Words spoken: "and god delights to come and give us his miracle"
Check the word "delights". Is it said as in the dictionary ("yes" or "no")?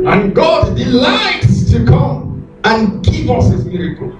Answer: yes